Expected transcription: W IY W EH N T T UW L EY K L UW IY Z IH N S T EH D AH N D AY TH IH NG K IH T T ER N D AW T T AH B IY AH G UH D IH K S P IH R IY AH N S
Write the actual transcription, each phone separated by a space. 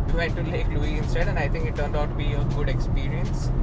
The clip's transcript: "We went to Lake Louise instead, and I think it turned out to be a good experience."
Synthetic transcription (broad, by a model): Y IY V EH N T T UW L EY K L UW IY IH N S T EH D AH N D AY T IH NG K IH T T ER N D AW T T B IY AH G UH D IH K S P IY R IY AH N S